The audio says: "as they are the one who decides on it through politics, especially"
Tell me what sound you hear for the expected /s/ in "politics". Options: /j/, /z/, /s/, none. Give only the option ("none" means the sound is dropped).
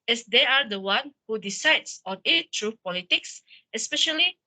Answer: /s/